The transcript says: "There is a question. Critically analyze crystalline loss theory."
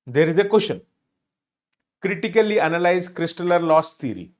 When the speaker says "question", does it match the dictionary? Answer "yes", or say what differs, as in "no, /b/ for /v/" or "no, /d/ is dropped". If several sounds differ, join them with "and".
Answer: no, /ʃ/ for /tʃ/